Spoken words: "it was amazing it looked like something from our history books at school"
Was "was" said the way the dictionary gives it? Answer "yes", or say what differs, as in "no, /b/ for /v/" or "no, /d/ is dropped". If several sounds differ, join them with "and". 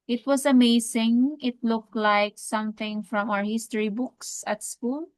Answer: no, /s/ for /z/